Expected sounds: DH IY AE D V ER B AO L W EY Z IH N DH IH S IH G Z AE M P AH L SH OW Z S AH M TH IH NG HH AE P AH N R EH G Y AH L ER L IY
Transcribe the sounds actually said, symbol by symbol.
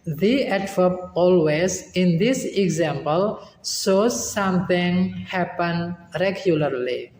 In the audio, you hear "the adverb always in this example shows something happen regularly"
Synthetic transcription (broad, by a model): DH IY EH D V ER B AO L W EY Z IH N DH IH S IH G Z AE M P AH L S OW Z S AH M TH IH NG HH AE P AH N R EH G Y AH L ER L IY